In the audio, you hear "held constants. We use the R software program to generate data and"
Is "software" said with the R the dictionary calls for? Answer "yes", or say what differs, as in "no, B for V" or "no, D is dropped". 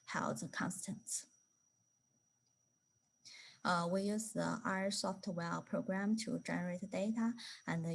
no, L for R